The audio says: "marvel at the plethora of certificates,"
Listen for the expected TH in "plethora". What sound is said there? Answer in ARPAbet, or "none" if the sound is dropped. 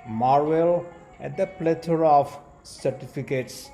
T